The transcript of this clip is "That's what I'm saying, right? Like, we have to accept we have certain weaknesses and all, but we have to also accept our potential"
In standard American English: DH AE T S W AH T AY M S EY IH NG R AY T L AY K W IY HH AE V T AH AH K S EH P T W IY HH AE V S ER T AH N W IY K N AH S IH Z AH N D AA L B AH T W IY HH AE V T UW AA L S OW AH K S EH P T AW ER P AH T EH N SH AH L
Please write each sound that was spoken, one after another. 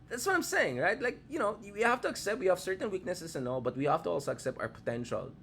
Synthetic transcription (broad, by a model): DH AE T S W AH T AY M S EY IH NG R AY T L AY K W IY HH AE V T AH AH K S EH P T W IY HH AE V S ER T AH N W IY K N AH S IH S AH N AA L B AH T W IY HH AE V T UW AA L S OW AH K S EH P T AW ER P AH T EH N SH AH L